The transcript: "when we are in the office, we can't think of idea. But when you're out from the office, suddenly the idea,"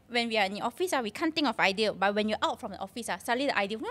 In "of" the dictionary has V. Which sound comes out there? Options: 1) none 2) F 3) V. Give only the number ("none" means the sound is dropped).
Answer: 2